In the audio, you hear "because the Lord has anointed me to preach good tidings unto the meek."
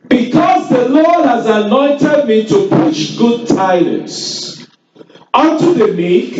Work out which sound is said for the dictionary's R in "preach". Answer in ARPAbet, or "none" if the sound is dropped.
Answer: none